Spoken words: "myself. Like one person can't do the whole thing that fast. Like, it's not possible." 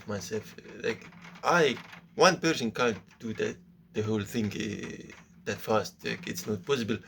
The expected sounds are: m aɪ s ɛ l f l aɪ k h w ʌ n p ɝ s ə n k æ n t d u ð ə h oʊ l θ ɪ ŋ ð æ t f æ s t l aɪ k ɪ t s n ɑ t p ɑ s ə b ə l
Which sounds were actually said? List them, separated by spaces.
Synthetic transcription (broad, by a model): m aɪ s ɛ l f l aɪ k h w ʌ n p ɝ s ə n k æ n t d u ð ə h oʊ l θ ɪ ŋ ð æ t f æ s t l aɪ k ɪ t s n ɑ t p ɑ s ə b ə l